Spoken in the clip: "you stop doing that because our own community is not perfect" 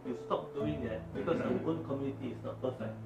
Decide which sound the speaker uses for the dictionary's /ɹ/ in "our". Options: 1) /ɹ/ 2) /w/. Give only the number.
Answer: 2